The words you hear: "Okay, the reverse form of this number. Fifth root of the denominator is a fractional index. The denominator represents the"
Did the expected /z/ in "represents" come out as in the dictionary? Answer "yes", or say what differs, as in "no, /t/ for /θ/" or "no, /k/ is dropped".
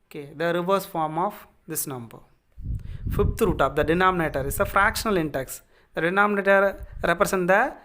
no, /s/ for /z/